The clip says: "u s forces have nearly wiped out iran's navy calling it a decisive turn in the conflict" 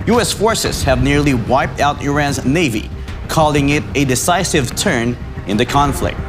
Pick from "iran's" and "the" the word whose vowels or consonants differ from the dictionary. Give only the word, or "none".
none